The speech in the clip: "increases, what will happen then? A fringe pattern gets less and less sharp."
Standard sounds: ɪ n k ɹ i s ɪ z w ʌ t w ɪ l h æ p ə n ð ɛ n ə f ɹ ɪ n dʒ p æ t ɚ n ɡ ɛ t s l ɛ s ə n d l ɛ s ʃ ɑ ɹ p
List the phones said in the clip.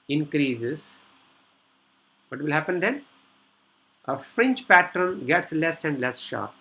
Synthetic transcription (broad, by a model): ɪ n k ɹ i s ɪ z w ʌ t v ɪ l h æ p ə n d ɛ n ə f ɹ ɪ n tʃ p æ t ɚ n ɡ ɛ t s l ɛ s ə n d l ɛ s ʃ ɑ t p